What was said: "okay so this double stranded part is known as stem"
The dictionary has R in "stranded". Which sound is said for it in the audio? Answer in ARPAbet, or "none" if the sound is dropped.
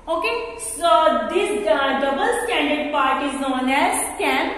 none